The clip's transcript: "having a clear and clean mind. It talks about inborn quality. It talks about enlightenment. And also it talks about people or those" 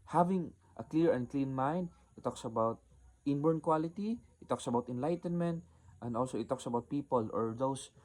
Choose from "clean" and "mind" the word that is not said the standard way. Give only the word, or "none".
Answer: none